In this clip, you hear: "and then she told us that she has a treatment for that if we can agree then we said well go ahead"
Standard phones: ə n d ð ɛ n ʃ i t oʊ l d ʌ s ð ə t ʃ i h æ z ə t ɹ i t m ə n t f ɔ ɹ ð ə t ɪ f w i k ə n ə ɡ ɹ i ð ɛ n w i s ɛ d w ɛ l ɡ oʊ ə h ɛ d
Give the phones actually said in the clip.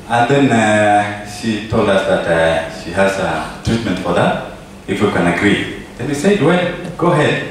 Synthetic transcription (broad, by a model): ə n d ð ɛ n ʃ i t oʊ l d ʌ s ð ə t ʃ i h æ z ə t ɹ i t m ə n t f ɔ ɹ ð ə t ɪ f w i k ə n ə ɡ ɹ i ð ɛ n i s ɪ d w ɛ ɡ oʊ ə h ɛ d